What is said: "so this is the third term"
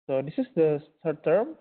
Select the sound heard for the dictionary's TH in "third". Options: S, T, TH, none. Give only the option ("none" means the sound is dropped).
S